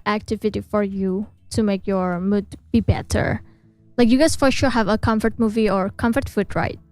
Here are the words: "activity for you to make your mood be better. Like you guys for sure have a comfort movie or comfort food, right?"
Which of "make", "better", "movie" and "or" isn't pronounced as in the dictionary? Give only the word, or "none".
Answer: none